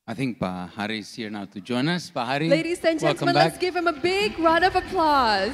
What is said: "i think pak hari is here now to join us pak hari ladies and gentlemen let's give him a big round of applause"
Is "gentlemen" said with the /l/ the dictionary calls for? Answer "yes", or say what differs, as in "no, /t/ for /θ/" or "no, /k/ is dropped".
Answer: no, /l/ is dropped